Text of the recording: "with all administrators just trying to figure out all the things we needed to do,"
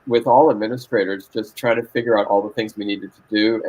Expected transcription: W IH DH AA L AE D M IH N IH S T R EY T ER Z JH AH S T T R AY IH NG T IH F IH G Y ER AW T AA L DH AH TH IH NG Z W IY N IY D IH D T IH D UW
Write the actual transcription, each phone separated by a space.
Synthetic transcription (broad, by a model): W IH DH AA L AE D M IH N IH S T R EY T ER Z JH AH S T T R AY IH NG T IH F IH G Y ER AW T AA L DH AH TH IH NG Z W IY N IY D IH D T IH D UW